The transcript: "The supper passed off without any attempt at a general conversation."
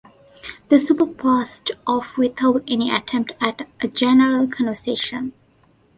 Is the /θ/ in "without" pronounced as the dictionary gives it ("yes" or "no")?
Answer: no